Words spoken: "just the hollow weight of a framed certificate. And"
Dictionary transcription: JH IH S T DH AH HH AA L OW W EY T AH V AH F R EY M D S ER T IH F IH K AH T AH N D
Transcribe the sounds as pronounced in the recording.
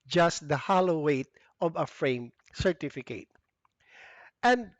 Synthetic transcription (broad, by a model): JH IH S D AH HH AA L OW W EY T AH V AH F R EY M S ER T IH F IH K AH T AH N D